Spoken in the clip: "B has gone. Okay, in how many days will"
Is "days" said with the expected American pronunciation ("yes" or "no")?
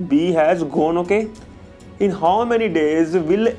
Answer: yes